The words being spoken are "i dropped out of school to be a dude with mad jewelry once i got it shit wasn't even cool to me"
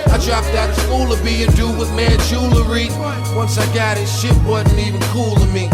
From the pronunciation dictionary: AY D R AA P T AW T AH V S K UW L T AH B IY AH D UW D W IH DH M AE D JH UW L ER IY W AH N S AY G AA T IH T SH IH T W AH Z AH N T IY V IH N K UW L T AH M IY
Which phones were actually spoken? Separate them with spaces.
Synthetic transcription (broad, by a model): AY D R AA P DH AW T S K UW L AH B IY AH D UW W IH DH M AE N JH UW L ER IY W AH N S AY G AA T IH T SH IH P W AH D N IY V IH N K UW L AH M IY